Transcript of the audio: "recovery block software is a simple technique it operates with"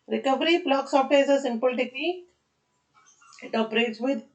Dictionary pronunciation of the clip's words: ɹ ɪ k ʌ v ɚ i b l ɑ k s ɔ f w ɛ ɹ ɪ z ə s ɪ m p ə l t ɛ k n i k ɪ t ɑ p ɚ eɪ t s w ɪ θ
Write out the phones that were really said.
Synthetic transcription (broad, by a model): ɹ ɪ k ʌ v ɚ i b l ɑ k s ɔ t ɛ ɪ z ə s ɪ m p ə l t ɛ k l i ɪ t ɑ p ɚ eɪ t s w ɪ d